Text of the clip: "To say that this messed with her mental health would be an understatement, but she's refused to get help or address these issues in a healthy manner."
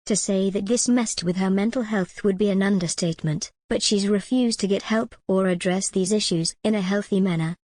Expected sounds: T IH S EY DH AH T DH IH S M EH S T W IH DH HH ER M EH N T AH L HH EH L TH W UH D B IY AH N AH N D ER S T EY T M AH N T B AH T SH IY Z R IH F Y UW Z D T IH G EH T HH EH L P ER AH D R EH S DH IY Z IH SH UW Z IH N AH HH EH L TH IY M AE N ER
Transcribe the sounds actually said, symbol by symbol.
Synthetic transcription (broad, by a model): T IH S EY DH AH T DH IH S M EH S T W IH DH ER M EH N T L HH EH L TH W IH D B IY AH N AH N D ER S T EY T M AH N T B AH T SH IY Z R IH F Y UW Z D T IH G EH T HH EH L P ER AH D R EH S DH IY Z IH SH UW Z IH N AH HH EH L TH IY M AE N ER